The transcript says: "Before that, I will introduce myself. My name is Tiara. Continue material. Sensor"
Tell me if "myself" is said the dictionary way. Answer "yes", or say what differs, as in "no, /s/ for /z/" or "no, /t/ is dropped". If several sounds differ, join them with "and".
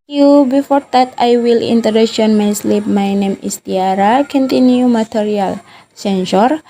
no, /p/ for /f/